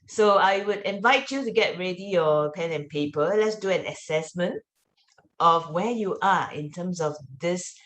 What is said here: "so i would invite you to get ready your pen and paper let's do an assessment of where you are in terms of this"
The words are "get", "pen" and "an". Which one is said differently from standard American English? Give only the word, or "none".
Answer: none